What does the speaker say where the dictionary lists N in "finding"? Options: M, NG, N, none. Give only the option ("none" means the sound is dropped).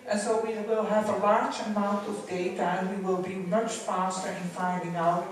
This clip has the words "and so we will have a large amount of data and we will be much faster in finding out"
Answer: none